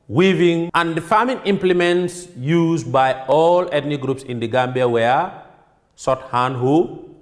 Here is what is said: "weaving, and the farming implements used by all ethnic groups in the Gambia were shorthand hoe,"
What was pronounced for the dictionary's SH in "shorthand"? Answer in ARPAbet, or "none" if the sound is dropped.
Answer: S